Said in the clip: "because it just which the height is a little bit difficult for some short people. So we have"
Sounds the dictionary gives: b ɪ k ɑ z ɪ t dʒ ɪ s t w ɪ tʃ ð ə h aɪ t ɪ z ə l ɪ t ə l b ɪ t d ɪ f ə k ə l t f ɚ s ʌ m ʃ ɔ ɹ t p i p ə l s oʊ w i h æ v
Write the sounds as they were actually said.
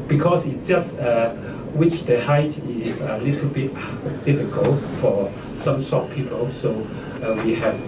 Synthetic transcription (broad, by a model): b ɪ k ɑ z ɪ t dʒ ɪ s t w ɪ tʃ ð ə h aɪ t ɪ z ə l ɪ t ə l b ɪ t d ɪ f ə k ə l t f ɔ s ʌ m s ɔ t p i p ə l s oʊ w i h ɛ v